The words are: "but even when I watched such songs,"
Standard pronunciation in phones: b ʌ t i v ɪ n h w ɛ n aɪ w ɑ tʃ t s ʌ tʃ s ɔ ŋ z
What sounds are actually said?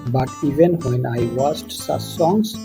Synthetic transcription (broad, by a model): b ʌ t i v ɪ n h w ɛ n aɪ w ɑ s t s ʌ s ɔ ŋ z